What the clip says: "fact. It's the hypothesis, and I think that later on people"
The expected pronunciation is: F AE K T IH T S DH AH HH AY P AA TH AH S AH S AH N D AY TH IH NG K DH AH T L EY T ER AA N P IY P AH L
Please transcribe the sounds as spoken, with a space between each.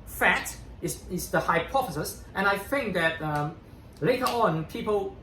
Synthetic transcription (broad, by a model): F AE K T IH S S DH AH HH AY P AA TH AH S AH S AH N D AY TH IH NG K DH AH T L EY T ER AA N P IY P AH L